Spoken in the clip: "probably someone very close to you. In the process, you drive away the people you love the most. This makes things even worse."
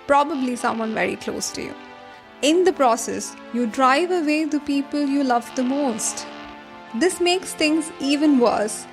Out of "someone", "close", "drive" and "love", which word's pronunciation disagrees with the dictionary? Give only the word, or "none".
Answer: none